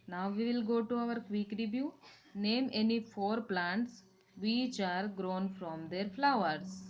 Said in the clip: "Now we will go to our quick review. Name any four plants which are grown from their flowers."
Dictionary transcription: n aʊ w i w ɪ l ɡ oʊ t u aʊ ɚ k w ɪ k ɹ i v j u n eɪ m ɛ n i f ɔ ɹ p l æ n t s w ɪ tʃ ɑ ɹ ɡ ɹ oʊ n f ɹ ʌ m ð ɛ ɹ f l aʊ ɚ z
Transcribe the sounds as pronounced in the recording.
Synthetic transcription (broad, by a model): n aʊ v i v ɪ l ɡ oʊ t u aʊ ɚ k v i k ɹ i b j u n eɪ m ɛ n i f ɔ ɹ p l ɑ n t s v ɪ tʃ ɑ ɹ ɡ ɹ oʊ n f ɹ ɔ m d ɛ ɹ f l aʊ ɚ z